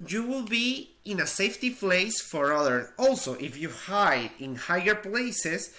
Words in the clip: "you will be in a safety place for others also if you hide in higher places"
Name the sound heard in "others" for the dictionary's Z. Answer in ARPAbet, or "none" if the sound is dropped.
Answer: none